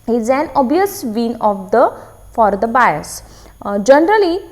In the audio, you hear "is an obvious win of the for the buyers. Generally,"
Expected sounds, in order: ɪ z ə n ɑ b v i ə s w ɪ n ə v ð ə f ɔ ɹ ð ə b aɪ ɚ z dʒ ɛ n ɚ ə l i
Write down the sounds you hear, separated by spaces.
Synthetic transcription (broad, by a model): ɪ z ə n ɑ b i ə s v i n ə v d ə f ɔ ɹ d ə b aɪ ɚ s dʒ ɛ n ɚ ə l i